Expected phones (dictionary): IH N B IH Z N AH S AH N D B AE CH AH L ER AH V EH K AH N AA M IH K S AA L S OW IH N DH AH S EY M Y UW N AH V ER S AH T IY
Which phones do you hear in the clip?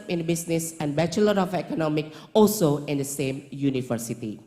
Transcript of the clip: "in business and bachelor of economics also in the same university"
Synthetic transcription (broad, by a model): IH N B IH S N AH S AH N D B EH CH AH L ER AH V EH K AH N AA M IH K AA L S OW IH N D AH S EY M Y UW N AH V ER S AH T IY